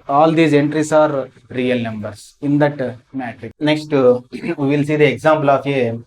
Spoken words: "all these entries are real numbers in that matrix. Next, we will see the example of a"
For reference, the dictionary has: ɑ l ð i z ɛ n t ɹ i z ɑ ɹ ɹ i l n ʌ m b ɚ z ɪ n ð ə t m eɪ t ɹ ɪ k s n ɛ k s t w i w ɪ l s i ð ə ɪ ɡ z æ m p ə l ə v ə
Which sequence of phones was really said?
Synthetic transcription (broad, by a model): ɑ l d i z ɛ n t ɹ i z ɑ ɹ ɹ i l n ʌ m b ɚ s ɪ n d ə t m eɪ t ɹ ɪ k n ɛ k s t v i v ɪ l s i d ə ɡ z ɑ m p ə l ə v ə